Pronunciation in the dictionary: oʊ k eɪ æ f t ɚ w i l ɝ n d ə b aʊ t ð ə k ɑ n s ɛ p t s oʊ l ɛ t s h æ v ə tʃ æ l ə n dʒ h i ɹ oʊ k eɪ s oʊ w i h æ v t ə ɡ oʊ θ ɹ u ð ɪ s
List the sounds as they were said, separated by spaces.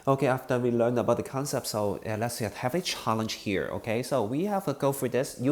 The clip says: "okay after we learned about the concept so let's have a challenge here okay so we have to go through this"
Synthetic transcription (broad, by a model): oʊ k eɪ æ f t ɚ w i l ɝ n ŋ ə b aʊ t ð ə k ɑ n s ɛ p t s oʊ l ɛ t s h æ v ə tʃ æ l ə n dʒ h i ɹ oʊ k eɪ s oʊ w i h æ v t ə ɡ oʊ f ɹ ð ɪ s